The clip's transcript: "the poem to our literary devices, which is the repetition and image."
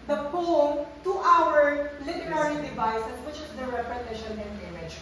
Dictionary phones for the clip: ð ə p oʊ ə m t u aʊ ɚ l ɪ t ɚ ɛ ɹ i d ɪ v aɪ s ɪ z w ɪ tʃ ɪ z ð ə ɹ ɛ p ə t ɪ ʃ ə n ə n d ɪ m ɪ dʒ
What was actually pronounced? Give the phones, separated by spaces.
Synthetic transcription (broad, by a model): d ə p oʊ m t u aʊ ɚ l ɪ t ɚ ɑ ɹ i d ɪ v aɪ s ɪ s w ɪ tʃ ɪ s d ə ɹ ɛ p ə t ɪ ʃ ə n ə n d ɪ m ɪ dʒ